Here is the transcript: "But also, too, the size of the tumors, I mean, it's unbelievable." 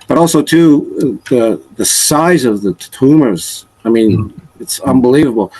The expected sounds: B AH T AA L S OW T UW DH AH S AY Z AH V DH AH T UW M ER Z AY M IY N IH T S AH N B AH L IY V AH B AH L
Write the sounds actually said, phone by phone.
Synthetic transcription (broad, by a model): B AH T AA L S OW T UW DH AH S AY Z AH V DH AH T UW M ER Z AY M IY N IH T S AH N B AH L IY V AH B L